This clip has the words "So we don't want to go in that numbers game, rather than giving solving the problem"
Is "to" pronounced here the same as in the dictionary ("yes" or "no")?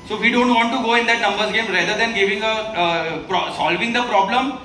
yes